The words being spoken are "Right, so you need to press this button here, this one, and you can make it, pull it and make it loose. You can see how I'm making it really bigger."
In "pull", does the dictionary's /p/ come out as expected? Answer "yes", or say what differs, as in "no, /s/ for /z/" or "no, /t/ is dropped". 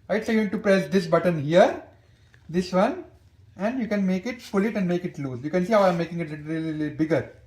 no, /f/ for /p/